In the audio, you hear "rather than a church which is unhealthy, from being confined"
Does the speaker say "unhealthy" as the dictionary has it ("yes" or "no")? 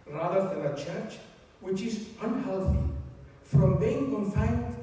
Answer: yes